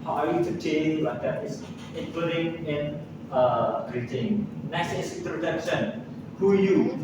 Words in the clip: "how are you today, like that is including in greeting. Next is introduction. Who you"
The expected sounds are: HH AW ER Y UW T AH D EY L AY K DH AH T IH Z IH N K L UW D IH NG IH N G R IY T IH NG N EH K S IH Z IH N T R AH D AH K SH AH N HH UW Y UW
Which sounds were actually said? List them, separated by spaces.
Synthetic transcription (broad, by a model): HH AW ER Y UW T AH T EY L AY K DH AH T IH S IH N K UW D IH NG IH N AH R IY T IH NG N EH S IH S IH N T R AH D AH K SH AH N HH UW Y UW